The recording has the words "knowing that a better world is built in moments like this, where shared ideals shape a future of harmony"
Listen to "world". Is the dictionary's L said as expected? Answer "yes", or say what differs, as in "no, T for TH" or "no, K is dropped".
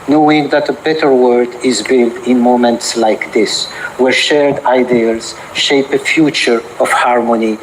no, L is dropped